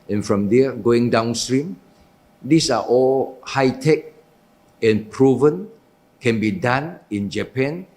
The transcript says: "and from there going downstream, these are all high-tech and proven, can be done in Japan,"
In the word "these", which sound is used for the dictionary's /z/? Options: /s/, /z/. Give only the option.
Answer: /s/